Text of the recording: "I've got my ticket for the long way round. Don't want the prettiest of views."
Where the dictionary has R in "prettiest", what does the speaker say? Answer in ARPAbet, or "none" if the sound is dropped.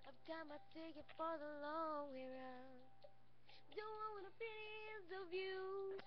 none